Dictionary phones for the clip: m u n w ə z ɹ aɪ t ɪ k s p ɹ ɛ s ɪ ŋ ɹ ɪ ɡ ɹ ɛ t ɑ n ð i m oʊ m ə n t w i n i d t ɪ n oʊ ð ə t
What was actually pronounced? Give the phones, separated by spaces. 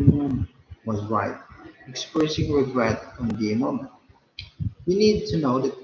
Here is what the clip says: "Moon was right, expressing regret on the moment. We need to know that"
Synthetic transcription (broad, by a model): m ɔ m w ə z ɹ aɪ t ɪ k s p ɹ ɛ s ɪ ŋ ɹ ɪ ɡ ɹ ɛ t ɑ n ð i m oʊ m ə n t w i n i d t ɪ n oʊ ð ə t